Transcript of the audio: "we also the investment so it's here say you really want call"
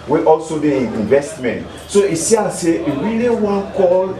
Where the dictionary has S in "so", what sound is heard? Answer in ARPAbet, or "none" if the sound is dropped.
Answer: S